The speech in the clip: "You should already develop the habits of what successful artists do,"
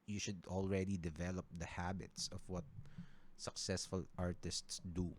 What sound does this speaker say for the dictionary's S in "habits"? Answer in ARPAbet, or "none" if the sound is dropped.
S